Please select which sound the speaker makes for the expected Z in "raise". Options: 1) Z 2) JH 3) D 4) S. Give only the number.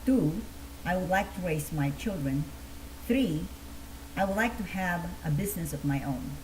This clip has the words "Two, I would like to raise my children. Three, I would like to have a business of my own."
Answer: 4